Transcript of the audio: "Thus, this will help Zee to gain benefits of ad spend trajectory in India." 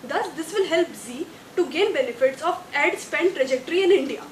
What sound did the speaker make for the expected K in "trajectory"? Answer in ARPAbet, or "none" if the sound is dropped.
K